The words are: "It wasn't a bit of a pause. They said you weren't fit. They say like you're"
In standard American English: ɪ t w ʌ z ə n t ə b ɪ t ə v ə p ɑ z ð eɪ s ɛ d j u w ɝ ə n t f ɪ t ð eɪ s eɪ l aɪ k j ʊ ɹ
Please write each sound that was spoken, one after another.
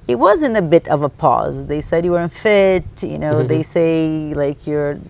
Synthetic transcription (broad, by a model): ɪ t w ʌ z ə n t ə b ɪ t ə v ə p ɑ z ð eɪ s ɛ d j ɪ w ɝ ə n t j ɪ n ð eɪ s eɪ l aɪ k j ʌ ɹ